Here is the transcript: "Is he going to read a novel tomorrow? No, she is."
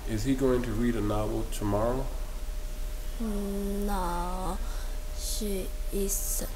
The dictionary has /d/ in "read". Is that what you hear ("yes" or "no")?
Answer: yes